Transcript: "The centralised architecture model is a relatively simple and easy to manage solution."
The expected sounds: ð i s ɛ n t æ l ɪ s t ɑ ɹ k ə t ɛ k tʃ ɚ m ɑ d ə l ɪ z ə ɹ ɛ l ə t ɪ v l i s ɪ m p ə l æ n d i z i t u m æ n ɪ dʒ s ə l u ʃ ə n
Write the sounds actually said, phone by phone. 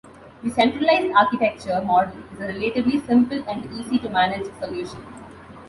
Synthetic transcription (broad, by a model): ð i s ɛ n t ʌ l ɪ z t ɑ ɹ k ə t ɛ k tʃ ɚ m ɑ d ə l ɪ z ə ɹ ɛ l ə t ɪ b l i s ɪ m p ə l æ n d i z i t u m æ n ɪ dʒ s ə l u ʃ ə n